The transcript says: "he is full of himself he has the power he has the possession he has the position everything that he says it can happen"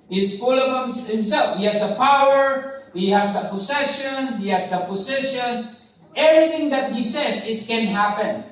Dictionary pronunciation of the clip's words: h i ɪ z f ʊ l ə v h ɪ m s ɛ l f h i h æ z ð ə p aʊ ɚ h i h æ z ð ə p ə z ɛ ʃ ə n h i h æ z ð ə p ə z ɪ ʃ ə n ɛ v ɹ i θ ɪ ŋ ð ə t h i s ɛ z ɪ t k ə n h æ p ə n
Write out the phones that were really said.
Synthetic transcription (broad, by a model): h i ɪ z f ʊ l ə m h ɪ m s ɛ l f h i h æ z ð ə p aʊ ɚ h i h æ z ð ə p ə s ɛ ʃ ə n h i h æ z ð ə p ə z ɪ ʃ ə n ɛ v ɹ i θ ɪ ŋ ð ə t h i s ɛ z ɪ t k ə n h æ p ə n